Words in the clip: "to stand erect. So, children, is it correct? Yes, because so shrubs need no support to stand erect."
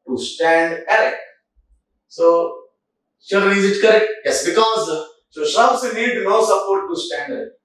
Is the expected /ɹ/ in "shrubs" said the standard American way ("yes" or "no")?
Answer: no